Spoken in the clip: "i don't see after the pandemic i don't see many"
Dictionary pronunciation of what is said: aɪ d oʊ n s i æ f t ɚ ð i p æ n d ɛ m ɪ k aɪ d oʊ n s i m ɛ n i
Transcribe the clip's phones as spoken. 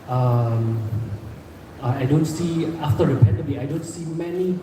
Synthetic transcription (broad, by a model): aɪ d oʊ n s i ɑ f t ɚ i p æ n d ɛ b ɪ aɪ d oʊ n s i m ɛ n i